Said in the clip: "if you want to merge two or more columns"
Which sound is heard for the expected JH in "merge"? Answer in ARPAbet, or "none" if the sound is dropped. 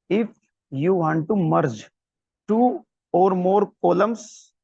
JH